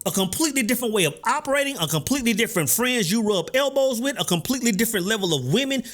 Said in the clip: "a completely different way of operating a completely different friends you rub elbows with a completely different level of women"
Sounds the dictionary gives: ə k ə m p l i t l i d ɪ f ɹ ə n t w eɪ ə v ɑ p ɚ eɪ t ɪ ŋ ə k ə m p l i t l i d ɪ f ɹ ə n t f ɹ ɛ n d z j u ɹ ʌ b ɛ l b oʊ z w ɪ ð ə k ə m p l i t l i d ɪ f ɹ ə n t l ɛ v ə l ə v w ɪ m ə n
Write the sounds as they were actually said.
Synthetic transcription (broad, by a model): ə k ə m p l i t l i d ɪ f ɹ ə n t w eɪ ə v ɑ p ɚ eɪ t ɪ ŋ ə k ə m p l i t l i d ɪ f ɹ ə n t f ɹ ɛ n d z j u ɹ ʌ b ɛ l b oʊ z w ɪ ð ə k ə m p l i t l i d ɪ f ɹ ə n t l ɛ v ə l ə v w ɪ m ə n